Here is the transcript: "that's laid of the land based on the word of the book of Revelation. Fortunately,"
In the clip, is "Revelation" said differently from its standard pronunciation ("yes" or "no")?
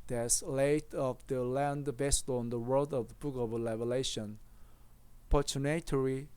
yes